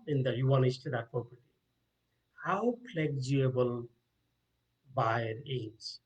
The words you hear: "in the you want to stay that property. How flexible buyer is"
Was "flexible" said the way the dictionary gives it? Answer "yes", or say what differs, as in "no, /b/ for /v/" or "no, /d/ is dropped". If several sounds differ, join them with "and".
no, /p/ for /f/